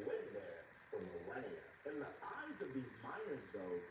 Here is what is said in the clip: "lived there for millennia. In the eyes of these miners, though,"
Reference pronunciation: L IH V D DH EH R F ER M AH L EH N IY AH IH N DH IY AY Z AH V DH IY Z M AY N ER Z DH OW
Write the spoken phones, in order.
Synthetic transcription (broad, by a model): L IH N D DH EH R F ER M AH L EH IY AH IH N DH IY AY Z AH V DH IY Z M AY N ER Z DH OW